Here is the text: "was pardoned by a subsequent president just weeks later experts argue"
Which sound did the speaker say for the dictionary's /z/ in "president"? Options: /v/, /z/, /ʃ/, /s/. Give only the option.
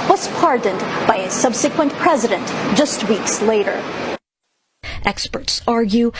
/z/